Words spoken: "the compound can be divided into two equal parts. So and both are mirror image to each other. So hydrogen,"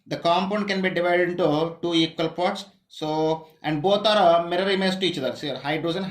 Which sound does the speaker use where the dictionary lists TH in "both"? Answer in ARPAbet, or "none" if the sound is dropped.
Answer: T